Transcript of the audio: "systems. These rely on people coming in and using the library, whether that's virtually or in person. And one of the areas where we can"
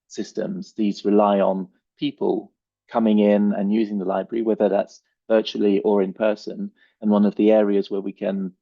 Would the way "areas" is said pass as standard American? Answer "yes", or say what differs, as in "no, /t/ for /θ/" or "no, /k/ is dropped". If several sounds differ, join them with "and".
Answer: yes